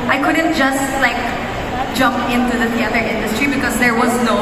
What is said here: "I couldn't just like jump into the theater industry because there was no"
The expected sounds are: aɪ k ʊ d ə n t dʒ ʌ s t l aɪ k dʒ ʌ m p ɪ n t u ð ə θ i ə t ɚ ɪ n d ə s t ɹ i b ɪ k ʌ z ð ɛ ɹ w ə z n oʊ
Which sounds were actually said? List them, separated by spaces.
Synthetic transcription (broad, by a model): aɪ k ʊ d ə n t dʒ ʌ s t l aɪ k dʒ ʌ m p ɪ n t u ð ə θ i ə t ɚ ɪ n d ə s t ɹ i b ɪ k ʌ z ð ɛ ɹ w ə z n oʊ